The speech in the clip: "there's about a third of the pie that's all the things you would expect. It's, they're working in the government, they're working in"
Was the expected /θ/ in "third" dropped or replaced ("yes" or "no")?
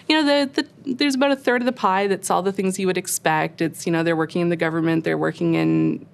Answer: no